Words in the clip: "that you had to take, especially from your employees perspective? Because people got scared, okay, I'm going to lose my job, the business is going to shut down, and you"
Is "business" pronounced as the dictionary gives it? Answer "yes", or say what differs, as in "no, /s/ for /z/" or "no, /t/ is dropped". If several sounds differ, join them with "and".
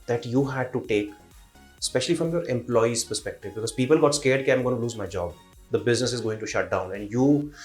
yes